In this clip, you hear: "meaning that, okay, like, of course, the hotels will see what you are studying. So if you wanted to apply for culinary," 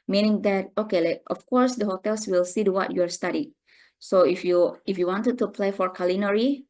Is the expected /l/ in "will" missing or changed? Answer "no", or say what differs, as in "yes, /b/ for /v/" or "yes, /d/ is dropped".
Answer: no